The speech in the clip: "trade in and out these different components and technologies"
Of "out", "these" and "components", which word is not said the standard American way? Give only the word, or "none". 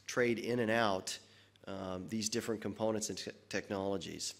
none